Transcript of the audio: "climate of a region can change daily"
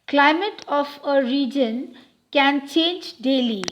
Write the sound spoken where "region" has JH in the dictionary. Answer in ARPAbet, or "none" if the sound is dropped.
JH